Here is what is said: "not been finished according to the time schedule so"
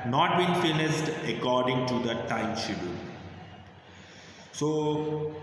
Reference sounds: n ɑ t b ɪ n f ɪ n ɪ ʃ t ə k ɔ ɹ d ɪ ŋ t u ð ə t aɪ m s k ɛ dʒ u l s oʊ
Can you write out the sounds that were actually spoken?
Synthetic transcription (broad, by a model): n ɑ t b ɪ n f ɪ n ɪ s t ə k ɔ ɹ d ɪ ŋ t u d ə t aɪ m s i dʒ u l s oʊ